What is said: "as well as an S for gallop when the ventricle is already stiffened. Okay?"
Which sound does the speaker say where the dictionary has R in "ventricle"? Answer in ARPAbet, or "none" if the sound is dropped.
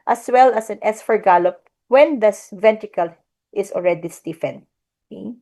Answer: none